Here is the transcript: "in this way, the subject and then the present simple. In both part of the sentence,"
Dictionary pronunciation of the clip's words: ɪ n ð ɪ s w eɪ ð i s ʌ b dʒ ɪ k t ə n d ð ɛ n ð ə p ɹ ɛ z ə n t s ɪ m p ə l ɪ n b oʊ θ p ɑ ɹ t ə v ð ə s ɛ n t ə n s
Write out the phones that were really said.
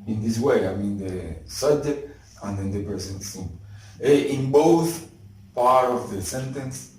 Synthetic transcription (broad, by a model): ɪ n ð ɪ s w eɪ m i s ʌ b dʒ ɪ k t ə n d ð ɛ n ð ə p ɹ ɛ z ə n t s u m ə ɪ n b oʊ θ p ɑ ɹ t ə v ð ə s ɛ n t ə n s